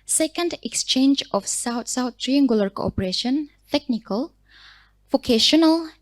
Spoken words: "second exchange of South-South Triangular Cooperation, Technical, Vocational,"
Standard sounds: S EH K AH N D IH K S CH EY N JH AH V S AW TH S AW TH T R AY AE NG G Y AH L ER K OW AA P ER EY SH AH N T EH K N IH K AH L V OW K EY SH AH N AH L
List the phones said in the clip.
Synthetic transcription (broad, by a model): S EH K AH N D IH K S CH EY N JH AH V S AW T S AW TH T R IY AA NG G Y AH L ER K OW AA P ER EY SH AH N T EH K N IH K AH L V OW K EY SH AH N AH L